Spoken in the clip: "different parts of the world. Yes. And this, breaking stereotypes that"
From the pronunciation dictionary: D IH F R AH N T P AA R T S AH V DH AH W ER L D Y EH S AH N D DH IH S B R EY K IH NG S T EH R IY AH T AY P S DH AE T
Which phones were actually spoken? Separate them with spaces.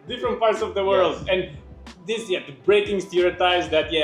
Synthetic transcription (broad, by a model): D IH F R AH N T P AA R T S AH V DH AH W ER L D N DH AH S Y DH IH B R EY K IH NG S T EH R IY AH T AY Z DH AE T